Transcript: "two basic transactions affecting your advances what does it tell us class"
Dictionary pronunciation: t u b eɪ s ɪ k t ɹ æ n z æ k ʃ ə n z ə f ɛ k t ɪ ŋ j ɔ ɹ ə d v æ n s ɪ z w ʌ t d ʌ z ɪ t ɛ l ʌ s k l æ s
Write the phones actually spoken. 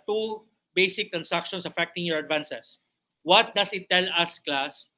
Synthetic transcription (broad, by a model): t u b eɪ s ɪ k t ɹ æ n s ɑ k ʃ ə n s ə f ɛ k t ɪ ŋ j ɔ ɹ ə d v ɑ n s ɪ s w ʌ t d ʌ s ɪ t ɛ l ʌ s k l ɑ s